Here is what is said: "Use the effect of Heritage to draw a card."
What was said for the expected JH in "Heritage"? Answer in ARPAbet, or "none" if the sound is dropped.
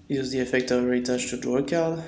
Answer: CH